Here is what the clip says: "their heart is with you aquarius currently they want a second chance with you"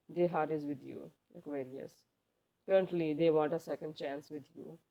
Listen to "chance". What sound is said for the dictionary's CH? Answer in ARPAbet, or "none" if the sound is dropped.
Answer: CH